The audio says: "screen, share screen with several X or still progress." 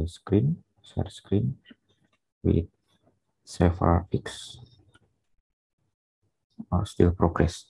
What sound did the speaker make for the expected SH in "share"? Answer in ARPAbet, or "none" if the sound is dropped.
S